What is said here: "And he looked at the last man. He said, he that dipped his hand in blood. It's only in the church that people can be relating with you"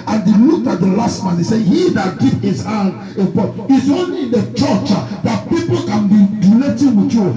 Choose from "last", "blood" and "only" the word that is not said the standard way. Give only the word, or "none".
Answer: blood